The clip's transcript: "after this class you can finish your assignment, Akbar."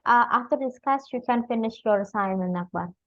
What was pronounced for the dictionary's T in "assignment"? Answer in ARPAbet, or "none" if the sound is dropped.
none